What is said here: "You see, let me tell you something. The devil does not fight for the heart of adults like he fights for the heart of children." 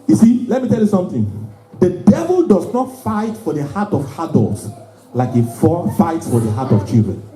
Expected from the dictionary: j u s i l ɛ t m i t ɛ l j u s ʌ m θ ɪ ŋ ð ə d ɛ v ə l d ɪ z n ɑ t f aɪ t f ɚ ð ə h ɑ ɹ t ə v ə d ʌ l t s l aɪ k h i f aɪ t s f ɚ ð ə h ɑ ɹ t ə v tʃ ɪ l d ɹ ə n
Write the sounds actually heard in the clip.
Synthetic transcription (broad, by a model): j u s i l ɛ t m i t ɛ l j u s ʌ m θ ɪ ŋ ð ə d ɛ v ə l d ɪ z n ɑ t f aɪ t f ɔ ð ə h ɑ t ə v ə d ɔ l t s l aɪ k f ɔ f aɪ t s f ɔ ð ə h ɑ t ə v tʃ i l d ɹ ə n